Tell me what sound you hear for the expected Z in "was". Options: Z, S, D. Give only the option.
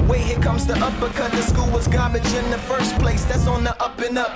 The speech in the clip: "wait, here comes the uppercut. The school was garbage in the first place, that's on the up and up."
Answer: Z